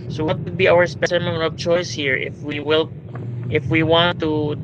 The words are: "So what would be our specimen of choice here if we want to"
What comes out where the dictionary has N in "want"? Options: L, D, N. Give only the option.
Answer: L